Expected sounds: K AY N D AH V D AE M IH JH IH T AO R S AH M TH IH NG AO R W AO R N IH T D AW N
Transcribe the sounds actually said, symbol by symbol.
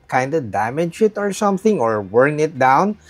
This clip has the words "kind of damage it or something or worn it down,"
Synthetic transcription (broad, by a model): K AY N D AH D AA M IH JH IH T AO R S AH M TH IH NG AO R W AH R N IH T D AW N